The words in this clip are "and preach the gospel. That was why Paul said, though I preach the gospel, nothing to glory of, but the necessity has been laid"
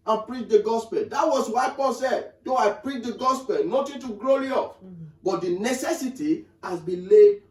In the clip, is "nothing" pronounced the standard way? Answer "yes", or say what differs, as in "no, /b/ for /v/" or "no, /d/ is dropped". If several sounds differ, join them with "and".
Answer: no, /t/ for /θ/